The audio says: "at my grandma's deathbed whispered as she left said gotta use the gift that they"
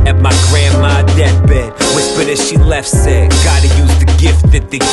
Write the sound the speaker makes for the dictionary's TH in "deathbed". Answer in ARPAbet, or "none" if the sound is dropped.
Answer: T